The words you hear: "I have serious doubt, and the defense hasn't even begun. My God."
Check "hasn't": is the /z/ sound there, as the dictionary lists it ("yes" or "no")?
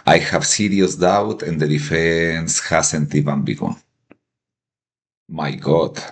no